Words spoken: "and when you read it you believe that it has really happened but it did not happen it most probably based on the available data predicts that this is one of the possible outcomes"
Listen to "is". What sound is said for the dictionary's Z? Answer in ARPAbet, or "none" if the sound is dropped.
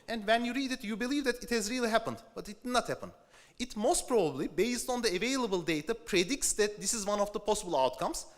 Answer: Z